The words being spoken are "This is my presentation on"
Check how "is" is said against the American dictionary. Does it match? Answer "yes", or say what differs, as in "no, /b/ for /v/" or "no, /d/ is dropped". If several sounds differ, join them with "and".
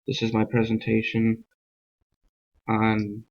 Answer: yes